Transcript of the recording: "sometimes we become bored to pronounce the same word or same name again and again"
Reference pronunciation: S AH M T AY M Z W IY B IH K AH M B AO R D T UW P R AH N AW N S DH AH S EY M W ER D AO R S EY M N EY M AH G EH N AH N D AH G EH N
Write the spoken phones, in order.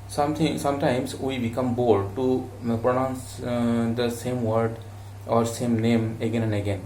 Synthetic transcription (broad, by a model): S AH M T AY M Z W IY B IH K AH M B AO L D T UW P R AH N AW N S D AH S EY M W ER D AO R S EY M N EY M AH G EH N AH N D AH G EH N